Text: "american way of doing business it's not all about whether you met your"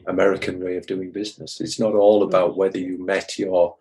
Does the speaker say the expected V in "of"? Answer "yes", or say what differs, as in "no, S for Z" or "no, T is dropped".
yes